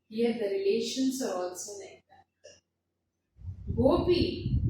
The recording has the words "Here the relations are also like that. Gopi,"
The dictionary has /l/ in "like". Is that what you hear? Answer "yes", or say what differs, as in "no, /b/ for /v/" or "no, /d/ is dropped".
no, /n/ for /l/